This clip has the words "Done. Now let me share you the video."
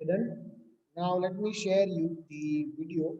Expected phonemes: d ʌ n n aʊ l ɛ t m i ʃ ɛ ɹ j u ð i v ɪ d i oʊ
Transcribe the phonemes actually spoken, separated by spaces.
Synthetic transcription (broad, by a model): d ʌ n n aʊ l ɛ t m i ʃ ɛ ɹ j u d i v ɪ d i oʊ